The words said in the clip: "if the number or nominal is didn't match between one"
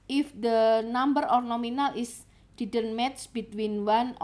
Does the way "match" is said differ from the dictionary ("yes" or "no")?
yes